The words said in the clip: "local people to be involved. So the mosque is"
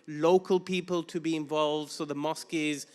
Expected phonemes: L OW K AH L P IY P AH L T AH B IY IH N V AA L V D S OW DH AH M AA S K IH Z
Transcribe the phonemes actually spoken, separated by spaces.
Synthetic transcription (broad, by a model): L OW K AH L P IY P AH L T AH B IY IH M V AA L V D S OW DH AH M AA S K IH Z